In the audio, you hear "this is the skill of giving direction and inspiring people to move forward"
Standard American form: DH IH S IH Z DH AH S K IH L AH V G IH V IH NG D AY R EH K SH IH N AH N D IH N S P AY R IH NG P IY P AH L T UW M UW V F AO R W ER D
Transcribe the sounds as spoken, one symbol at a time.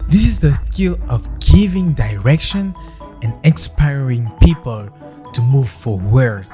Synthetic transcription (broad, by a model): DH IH S IH Z DH AH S K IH L AH V G IH V IH NG D AY R EH K SH IH N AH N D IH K S P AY R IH NG P IY P AH L T UW M UW V F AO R W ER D